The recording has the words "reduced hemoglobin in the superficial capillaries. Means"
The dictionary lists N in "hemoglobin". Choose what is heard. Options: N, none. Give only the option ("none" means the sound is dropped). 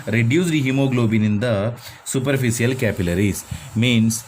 N